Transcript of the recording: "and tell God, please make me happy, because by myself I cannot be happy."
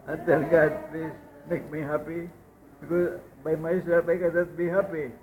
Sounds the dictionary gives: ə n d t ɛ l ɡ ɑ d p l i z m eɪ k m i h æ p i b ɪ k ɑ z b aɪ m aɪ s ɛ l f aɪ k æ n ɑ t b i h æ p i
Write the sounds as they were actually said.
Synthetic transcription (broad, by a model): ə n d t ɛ n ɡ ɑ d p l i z m eɪ k m i h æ p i b ɪ k ɑ z b aɪ m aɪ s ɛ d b aɪ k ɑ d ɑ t b i h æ p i